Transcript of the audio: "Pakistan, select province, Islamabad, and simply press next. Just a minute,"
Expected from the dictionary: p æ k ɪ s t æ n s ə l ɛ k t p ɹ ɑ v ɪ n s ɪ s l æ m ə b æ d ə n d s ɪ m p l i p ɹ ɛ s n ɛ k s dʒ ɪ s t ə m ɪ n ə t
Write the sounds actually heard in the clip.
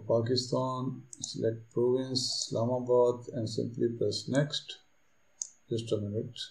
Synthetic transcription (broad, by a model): p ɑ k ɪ s t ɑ n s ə l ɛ k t p ɹ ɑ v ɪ n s s l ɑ m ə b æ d ə n d s ɪ m p l i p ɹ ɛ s n ɛ k s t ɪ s t ə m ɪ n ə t